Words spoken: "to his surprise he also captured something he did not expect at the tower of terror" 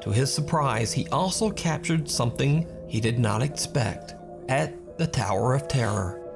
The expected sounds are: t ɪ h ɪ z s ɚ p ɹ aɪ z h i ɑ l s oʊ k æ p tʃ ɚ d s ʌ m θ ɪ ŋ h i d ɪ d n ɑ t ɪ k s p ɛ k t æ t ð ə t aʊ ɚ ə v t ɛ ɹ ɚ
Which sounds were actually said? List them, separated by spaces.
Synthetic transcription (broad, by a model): t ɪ ɪ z s ɚ p ɹ aɪ z h i ɑ l s oʊ k æ p tʃ ɚ d s ʌ m θ ɪ ŋ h i d ɪ d n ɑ t ɪ k s p ɛ k t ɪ t ð ə t aʊ ɚ ə v t ɛ ɹ ɚ